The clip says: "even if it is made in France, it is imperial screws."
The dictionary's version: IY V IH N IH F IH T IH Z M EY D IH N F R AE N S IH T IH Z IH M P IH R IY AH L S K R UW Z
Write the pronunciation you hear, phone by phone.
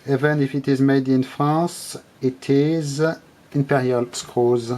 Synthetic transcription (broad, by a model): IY V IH N IH F IH T IH Z M EY D IH N F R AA S IH T IH Z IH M P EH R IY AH L S K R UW Z